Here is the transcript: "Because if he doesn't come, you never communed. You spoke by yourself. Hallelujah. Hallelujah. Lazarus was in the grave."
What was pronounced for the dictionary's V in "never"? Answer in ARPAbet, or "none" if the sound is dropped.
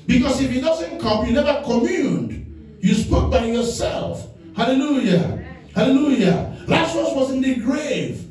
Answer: V